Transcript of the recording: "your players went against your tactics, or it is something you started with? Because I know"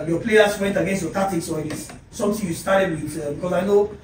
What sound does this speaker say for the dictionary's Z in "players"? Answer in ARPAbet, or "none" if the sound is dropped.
S